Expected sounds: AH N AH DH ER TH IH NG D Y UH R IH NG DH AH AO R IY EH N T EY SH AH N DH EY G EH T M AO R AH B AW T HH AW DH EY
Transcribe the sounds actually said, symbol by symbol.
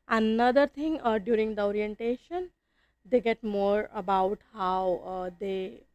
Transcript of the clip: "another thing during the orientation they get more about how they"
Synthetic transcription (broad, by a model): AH N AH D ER T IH NG D Y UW R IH NG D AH AO R IY EH N T EY SH AH N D EY G EH T M AO R AH B AW T HH AW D EY